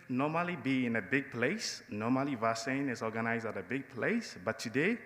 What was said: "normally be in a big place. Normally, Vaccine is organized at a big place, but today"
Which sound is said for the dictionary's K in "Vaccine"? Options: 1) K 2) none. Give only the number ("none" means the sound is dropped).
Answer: 2